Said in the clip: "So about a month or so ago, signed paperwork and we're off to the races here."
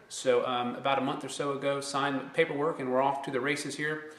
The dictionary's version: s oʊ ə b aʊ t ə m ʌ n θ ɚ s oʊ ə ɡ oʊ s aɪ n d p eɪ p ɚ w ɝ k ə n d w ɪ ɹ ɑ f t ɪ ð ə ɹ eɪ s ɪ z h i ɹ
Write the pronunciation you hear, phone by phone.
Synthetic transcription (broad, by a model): s oʊ ə b aʊ t ə m ʌ n θ ɚ s oʊ ə ɡ oʊ s aɪ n p eɪ p ɚ w ɝ k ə n w ɪ ɹ ɑ f t ɪ ð ə ɹ eɪ s ɪ z h i ɹ